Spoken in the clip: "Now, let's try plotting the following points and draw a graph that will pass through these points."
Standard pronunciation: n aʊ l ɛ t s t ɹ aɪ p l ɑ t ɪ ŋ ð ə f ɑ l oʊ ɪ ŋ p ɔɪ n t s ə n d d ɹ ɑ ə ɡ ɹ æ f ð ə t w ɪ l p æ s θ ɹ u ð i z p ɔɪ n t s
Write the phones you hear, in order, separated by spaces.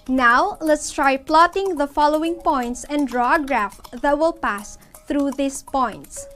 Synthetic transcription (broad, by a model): n aʊ l ɛ t s t ɹ aɪ p l ɑ t ɪ ŋ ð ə f ɑ l oʊ ɪ ŋ p ɔɪ n t s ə n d d ɹ ɑ ɡ ɹ æ f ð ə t w ɪ l p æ s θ ɹ u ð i s p ɔɪ n t s